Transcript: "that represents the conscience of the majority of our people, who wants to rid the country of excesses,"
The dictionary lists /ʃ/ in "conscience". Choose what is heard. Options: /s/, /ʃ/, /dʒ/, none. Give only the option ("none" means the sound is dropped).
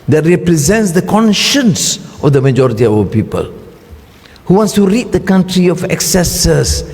/ʃ/